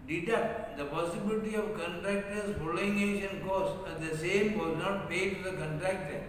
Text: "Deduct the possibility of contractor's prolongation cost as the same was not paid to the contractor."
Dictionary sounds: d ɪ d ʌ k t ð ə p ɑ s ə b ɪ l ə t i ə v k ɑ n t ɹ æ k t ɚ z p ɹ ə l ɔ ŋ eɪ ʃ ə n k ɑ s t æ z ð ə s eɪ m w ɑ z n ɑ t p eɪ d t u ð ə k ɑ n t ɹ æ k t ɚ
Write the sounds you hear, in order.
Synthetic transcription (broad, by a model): d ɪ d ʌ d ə p ɑ s ə b ɪ l ə t i ə v k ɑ n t ɹ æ k t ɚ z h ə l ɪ ŋ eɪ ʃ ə n k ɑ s æ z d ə s eɪ m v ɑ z n ɑ t p eɪ d t u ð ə k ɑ n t ɹ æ k t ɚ